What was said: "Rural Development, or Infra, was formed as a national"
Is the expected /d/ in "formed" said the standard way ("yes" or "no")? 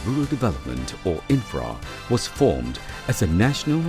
yes